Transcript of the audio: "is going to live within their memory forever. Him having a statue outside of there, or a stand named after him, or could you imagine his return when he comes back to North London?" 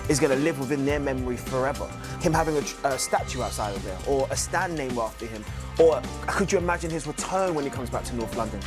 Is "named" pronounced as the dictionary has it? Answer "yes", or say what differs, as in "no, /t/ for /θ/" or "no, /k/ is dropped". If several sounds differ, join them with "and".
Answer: no, /d/ is dropped